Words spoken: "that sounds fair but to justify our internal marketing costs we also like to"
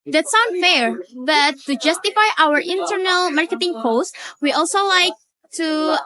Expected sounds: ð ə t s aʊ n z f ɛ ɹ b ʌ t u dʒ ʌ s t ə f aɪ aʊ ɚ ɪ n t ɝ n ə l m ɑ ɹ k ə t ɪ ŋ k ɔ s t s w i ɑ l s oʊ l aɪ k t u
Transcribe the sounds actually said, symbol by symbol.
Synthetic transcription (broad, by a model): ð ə t s aʊ n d f ɛ ɹ b ʌ t u dʒ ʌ s t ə f aɪ aʊ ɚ ɪ n t ɝ n ə l m ɑ ɹ k ə t ɪ ŋ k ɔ s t w i ɑ l s oʊ l aɪ k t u